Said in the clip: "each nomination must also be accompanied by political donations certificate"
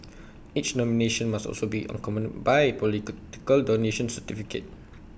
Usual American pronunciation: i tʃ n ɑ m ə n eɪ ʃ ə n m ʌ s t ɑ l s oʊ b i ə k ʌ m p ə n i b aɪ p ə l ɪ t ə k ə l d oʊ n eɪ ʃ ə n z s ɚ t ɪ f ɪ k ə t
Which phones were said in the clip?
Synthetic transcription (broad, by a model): i tʃ n ɑ m ə n eɪ ʃ ə n m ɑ s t ɑ l s oʊ b i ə k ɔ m ə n b aɪ p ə l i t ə k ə l d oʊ n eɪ ʃ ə n s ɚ t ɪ f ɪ k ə t